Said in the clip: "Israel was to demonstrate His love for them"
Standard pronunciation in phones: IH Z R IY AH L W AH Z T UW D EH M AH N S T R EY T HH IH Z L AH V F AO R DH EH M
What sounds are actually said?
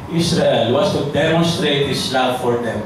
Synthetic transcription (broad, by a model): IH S R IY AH L W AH S T UW D EH M AH N S T R EY T HH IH S L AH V F AO R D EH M